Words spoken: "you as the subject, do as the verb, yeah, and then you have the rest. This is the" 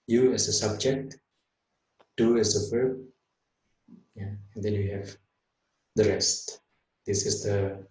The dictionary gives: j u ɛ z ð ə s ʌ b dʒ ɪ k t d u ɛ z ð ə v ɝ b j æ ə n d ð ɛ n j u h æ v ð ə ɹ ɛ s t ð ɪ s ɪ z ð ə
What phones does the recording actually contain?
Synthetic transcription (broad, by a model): j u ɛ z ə s ʌ b dʒ ɪ k t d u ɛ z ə p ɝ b j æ ə n d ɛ n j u h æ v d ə ɹ ɛ s t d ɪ s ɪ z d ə